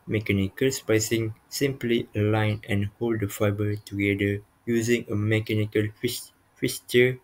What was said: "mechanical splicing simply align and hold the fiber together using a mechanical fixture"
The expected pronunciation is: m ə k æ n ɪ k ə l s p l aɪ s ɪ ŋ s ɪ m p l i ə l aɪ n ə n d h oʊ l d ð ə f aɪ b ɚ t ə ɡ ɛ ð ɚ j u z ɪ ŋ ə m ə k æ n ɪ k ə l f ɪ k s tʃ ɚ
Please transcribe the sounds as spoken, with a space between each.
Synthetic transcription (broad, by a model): m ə k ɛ n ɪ k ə l s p aɪ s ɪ ŋ s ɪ m p l i ə l aɪ n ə n h oʊ l d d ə f aɪ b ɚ t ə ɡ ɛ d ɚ j u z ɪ ŋ ə m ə k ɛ n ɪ k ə l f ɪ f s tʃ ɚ